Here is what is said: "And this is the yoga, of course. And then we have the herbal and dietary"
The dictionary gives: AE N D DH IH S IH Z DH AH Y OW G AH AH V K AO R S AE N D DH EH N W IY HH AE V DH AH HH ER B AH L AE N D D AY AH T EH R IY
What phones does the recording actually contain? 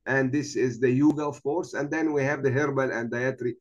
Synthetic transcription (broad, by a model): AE N D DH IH S IH Z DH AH Y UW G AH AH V K AO R S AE N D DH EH N W IY HH AE V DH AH HH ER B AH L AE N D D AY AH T R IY